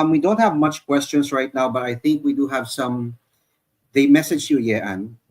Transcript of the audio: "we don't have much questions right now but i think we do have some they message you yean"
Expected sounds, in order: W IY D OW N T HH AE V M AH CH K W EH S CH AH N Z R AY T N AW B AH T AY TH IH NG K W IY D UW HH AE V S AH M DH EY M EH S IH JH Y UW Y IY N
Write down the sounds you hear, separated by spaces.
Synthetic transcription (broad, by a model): W IY D OW N T HH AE V M AH CH K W EH S CH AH N S R AY T N AW B AH T AY TH IH NG K W IY D UW HH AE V S AH M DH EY M EH S IH JH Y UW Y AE N